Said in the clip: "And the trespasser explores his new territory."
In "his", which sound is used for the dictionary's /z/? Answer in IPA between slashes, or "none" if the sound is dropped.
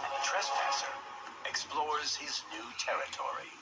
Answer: /z/